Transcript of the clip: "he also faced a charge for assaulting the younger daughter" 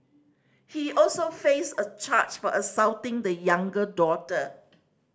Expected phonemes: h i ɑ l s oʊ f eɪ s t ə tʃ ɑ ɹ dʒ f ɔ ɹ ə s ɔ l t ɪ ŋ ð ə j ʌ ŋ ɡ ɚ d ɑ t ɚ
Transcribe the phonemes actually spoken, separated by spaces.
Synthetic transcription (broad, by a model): h i ɑ l s oʊ f eɪ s ə tʃ ɑ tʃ f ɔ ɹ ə s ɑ w t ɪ ŋ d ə j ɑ ŋ ɡ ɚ d ɑ t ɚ